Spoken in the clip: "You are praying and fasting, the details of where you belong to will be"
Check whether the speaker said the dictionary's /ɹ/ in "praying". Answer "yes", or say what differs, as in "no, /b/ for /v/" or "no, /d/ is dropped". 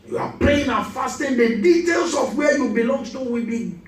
no, /l/ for /ɹ/